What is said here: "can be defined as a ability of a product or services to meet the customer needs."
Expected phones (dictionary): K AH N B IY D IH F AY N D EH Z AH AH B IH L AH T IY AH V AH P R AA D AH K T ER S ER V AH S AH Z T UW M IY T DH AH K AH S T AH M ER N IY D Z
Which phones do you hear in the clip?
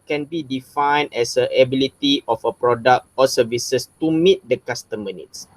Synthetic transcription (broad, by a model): K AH N B IY D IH F AY N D EH S AH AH B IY L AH T IY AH F AH P R AA D AH K T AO S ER V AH S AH S T UW M IY T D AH K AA S T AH M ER N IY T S